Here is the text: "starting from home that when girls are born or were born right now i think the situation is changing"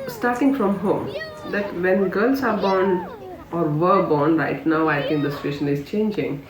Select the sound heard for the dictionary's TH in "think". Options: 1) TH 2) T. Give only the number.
2